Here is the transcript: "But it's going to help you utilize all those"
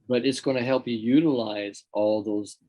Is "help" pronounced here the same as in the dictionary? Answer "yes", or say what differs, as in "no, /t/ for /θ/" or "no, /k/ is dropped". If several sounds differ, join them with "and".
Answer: yes